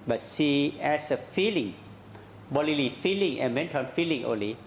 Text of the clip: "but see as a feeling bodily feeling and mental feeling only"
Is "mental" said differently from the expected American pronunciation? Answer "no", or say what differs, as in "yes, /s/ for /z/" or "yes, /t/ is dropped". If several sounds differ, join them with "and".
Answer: yes, /n/ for /l/